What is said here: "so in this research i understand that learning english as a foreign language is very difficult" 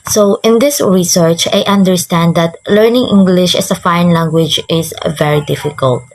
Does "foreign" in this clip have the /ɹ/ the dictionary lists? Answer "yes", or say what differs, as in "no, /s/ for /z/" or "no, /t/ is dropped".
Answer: no, /ɹ/ is dropped